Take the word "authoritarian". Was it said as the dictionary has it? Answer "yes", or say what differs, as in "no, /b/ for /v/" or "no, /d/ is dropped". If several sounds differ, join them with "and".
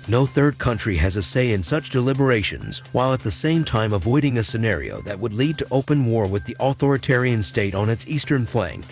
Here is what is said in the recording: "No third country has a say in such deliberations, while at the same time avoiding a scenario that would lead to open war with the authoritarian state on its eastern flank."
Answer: yes